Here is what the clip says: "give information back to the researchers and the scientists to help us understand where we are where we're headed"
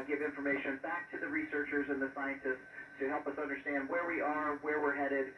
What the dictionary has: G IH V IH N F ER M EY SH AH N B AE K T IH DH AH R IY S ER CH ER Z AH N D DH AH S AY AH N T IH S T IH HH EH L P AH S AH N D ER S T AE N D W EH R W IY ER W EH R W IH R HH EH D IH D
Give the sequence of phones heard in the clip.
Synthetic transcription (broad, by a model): G IH V IH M F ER M EY SH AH N B AE K T IH DH AH R IY S ER CH ER Z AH N DH AH S AY AH N T IH S T IH HH EH L P AH S AH N D ER S T AE N D W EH R W IY ER W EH R W IH R HH EH D IH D